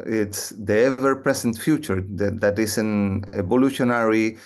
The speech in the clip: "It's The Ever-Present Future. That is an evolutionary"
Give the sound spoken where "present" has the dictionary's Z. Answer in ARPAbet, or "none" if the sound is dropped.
S